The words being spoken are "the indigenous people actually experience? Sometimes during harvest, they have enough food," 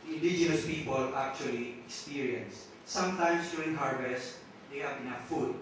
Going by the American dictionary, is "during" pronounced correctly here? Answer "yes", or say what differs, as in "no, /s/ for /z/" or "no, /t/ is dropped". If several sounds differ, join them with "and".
no, /ɹ/ is dropped